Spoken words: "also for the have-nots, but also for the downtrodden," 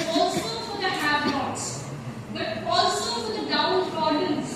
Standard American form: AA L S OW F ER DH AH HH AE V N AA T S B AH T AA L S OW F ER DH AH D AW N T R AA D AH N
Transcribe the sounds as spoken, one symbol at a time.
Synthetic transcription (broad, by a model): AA L S OW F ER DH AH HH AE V L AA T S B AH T AA L S OW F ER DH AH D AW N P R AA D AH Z